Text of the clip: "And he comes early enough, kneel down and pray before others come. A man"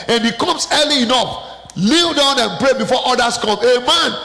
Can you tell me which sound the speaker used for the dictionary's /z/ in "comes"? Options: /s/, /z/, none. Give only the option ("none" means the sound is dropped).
/s/